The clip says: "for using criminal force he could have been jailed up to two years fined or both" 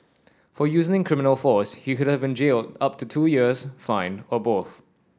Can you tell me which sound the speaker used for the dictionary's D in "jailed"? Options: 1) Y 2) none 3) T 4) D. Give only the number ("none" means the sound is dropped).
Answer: 4